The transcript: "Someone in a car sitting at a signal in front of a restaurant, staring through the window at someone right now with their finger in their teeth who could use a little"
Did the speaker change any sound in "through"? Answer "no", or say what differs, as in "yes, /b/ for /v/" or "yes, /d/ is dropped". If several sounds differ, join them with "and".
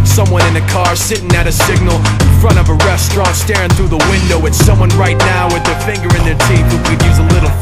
no